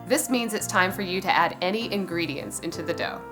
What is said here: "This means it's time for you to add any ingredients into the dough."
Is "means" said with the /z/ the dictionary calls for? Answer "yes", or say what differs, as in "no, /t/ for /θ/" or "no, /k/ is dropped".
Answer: yes